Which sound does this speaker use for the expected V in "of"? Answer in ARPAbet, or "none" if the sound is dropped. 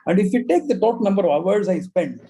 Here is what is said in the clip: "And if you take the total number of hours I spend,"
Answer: V